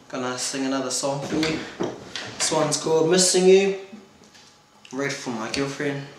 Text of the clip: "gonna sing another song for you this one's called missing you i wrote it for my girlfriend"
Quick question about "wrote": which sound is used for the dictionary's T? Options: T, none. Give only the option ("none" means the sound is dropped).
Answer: none